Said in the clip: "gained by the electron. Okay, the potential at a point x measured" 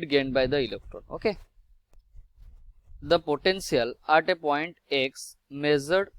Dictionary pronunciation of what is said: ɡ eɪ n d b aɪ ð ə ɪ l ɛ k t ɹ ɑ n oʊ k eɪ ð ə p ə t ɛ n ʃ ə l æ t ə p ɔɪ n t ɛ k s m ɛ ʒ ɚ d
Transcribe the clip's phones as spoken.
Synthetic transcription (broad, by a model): ɡ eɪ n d b aɪ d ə ɪ l ɛ k t ɹ ɑ n oʊ k eɪ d ə p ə t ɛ n s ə l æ t ə p ɔɪ n t ɛ k s m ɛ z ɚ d